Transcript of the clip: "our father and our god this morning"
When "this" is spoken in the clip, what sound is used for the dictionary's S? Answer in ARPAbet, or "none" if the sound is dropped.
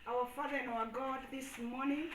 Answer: S